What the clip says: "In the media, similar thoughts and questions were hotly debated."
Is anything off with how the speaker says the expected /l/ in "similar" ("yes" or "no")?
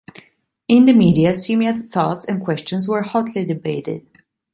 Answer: yes